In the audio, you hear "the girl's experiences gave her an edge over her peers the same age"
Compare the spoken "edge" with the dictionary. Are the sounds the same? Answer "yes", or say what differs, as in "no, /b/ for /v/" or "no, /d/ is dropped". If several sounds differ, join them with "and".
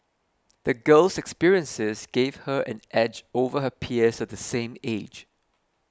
yes